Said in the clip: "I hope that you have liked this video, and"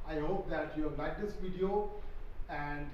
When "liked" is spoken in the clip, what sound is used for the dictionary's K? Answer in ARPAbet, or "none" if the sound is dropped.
none